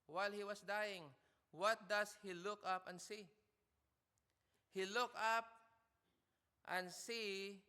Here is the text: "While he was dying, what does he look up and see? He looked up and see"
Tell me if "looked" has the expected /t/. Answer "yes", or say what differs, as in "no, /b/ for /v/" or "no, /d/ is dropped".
no, /t/ is dropped